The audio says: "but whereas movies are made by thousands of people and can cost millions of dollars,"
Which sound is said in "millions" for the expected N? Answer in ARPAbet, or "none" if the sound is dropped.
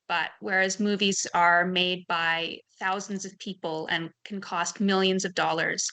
N